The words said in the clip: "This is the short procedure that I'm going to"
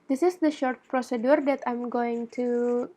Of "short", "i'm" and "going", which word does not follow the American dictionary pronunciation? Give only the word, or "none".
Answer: none